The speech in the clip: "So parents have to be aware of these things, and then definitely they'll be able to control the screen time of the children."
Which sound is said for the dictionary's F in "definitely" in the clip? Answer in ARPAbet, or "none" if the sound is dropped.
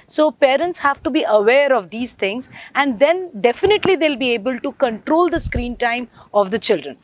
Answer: F